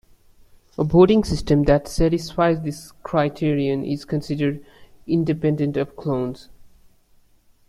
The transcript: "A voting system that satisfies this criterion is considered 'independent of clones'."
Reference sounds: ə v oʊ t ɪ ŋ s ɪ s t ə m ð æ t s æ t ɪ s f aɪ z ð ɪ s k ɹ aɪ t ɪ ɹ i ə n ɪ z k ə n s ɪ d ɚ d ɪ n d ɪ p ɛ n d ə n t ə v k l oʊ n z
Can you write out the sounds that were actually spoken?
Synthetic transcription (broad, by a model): ə b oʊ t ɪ ŋ s ɪ s t ə m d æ t s æ t ɪ s f aɪ z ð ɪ s k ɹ aɪ t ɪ ɹ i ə n ɪ z k ə n s ɪ d ɚ d ɪ n d ɪ p ɛ n d ə n t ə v k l oʊ n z